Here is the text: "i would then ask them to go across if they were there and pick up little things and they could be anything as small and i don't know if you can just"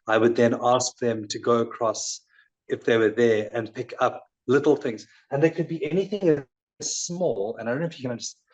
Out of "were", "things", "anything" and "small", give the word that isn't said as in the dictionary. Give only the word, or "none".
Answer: none